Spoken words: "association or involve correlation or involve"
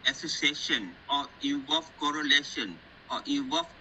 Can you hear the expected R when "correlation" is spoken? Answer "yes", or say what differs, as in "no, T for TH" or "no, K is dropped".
yes